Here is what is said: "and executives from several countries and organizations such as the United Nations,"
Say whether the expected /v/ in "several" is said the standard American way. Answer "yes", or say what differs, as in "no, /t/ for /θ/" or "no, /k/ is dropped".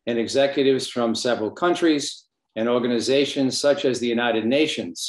yes